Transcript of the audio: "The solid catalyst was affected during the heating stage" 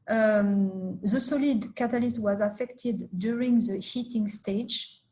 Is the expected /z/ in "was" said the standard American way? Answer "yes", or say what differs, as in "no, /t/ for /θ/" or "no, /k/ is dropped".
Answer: yes